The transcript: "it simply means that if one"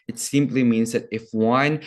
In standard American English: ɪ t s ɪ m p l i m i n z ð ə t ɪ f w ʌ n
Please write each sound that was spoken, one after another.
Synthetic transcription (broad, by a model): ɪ t s ɪ m p l i m i n z ð ə t ɪ f w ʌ n